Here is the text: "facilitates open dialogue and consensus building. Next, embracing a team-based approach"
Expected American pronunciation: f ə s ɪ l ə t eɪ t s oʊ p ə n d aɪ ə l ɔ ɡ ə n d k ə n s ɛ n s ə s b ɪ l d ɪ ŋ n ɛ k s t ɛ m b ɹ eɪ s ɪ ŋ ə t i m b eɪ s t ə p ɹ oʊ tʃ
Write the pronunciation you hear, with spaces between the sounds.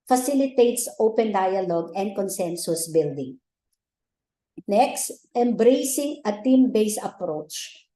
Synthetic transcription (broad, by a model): f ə s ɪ l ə t eɪ t s oʊ p ə n d aɪ ə l ɔ ɡ ə n d k ə n s ɛ n s ə s b ɪ l d ɪ ŋ n ɛ k s t ɛ m b ɹ eɪ s ɪ ŋ ə t i m b eɪ s ə p ɹ oʊ tʃ